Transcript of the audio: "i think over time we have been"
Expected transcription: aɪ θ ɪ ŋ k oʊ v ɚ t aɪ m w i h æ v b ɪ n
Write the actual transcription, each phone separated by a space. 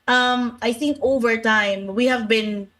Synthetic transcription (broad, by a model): aɪ θ ɪ ŋ k oʊ v ɚ t aɪ m w i h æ v b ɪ n